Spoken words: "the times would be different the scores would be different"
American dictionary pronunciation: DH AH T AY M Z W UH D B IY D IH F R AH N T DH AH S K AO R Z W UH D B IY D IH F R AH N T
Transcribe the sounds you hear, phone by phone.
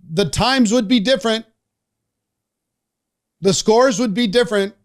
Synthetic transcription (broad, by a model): DH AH T AY M Z W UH D B IY D IH F R AH N T DH AH S K AO R Z W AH D B IY D IH F R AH N T